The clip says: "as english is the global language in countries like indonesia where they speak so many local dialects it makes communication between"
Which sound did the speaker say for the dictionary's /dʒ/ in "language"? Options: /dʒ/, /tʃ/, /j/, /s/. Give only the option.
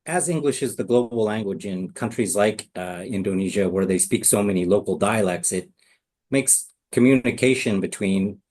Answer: /dʒ/